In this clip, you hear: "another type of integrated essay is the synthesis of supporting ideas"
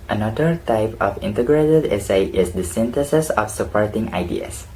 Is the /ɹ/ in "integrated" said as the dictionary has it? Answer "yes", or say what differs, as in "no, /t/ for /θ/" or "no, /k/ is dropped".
yes